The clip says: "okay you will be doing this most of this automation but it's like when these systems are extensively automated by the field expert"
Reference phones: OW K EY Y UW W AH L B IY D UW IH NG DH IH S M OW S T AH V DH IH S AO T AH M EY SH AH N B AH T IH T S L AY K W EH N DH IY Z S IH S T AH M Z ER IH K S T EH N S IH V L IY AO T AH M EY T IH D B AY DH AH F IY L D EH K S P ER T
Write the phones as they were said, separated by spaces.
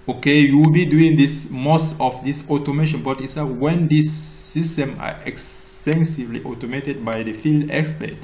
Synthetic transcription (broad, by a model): OW K EY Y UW W AH L B IY D UW IH NG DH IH S M OW S T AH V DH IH S AO T AH M EY SH AH N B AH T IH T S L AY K W EH N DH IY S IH S T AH M ER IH K S T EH N S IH V L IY AO T AH M EY T IH D B AY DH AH F IY L D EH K S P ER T